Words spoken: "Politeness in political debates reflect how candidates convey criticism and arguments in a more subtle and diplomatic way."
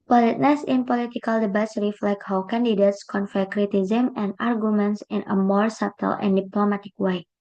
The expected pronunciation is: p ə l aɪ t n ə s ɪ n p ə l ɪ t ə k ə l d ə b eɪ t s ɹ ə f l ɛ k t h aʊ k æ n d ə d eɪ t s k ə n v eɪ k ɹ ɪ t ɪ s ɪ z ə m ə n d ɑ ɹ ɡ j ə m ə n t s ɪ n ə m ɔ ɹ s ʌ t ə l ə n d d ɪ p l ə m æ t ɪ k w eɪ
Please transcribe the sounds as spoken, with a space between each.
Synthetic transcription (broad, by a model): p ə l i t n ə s ɪ n p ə l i t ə k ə l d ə b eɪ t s ɹ ə f l ɛ k t h aʊ k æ n d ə d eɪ t s k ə n f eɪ k ɹ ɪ t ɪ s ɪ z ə m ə n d ɑ ɹ ɡ j ə m ə n t s ɪ n ə m ɔ ɹ s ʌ t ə l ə n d d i p l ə m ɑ t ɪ k w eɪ